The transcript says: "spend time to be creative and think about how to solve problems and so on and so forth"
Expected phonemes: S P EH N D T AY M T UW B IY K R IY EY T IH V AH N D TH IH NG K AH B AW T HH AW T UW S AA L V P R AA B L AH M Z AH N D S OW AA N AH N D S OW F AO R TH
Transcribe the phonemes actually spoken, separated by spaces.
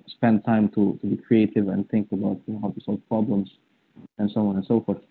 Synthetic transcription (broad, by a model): S P EH N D T AY M T UW B IY K R IY EY T IH V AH N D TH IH NG K AH B AW T HH AW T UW S AA L V P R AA B L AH M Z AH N S OW AA N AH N S OW F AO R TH